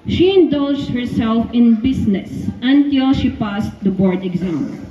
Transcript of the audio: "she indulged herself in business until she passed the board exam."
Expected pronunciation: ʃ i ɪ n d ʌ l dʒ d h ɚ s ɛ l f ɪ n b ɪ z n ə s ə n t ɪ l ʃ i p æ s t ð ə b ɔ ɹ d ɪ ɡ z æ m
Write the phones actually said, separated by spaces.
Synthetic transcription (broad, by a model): ʃ i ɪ n d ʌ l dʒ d h ɚ s ɛ l f ɪ n b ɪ s n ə s ə n t ɪ l ʃ i p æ s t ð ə b ɔ ɹ d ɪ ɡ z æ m